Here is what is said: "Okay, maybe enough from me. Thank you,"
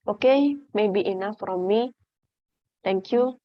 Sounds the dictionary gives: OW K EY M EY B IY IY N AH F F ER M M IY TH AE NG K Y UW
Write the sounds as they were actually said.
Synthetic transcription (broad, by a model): OW K EY M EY B IY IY N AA F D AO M M IY T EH NG K Y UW